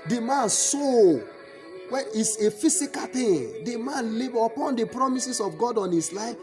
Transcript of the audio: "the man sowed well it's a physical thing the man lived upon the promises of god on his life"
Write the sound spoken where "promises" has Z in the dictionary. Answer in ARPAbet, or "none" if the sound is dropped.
S